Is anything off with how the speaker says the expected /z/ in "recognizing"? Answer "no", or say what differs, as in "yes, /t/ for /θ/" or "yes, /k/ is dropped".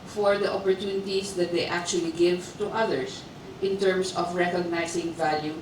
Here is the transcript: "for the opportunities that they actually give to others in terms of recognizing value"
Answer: yes, /s/ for /z/